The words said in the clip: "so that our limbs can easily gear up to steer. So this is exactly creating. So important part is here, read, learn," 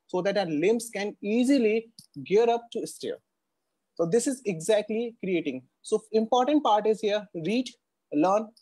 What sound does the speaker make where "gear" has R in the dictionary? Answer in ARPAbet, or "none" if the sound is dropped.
R